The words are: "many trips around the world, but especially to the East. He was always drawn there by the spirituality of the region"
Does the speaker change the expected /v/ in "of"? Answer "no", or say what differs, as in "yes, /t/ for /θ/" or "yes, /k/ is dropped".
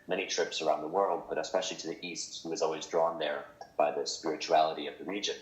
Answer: no